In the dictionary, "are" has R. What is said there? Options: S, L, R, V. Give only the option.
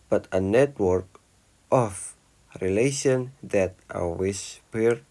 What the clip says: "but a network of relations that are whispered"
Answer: L